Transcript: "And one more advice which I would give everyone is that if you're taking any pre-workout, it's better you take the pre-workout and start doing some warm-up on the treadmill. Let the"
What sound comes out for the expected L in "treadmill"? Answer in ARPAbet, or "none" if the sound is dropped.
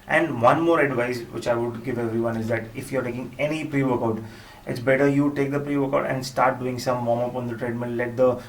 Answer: N